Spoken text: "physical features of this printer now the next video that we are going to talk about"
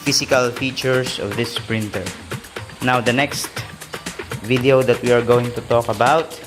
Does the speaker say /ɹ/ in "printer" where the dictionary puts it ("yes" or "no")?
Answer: yes